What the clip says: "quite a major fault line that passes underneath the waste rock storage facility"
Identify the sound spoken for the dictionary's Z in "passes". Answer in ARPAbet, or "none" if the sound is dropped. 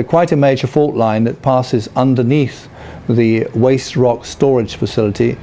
Z